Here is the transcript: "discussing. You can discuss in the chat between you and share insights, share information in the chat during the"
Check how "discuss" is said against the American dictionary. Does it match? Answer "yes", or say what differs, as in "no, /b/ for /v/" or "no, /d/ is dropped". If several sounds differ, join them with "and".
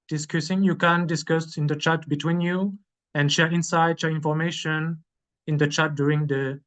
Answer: yes